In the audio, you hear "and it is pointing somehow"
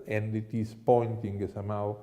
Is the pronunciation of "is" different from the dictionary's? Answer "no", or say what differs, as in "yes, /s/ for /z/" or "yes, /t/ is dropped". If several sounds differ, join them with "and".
yes, /s/ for /z/